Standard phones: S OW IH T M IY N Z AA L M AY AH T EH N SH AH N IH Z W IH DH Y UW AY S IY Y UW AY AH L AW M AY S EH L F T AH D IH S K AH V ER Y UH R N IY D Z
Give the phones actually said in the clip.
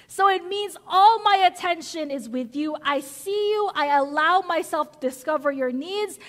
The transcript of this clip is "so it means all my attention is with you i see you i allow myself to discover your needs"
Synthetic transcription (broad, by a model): S OW IH T M IY N Z AA L M AY AH T EH N SH AH N IH Z W IH DH Y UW AY S IY Y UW AY AH L AW M AY S EH L F T AH D IH S K AH V ER Y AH R N IY D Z